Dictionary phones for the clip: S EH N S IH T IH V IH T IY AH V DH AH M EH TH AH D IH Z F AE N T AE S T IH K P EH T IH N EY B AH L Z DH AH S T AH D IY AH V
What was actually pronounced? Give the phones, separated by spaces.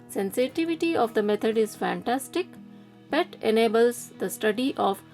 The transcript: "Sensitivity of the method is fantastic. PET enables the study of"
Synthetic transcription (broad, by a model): S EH N S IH T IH V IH T IY AH V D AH M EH T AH D IH Z F AE N T AE S T IH K B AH T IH N EY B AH L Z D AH S T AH D IY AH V